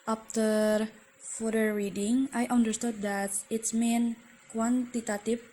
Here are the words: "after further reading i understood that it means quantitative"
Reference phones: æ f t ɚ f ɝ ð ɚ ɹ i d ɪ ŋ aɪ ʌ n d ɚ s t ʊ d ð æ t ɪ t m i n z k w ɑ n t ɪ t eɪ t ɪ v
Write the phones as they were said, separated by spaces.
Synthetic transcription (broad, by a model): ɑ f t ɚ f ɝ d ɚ ɹ i d ɪ ŋ aɪ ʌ n d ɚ s t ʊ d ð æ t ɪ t m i n k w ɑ n t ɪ t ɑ t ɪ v